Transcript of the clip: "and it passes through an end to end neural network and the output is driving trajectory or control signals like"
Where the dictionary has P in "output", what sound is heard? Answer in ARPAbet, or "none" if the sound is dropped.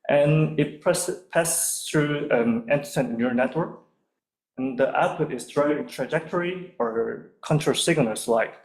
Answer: P